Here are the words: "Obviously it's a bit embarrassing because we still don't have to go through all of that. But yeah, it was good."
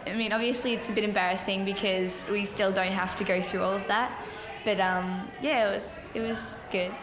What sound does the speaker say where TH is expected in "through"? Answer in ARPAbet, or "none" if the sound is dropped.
TH